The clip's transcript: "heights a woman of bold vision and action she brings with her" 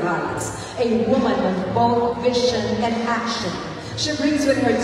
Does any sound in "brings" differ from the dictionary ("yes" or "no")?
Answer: no